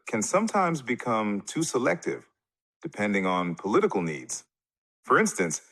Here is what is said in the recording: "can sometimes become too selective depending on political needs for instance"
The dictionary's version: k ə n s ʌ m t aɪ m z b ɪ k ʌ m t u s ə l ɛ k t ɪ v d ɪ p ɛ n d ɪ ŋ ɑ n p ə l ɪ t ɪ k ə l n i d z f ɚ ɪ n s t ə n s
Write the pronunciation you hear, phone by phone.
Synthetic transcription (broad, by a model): k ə n s ʌ m t aɪ m z b ɪ k ʌ m t u s ə l ɛ k t ɪ v d ɪ p ɛ n d ɪ ŋ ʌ n p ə l ɪ t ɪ k l n i d z f ɚ ɪ n s t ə n s